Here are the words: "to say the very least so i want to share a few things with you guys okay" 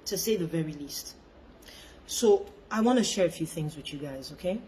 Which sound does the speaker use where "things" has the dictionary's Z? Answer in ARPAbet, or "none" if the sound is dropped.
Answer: Z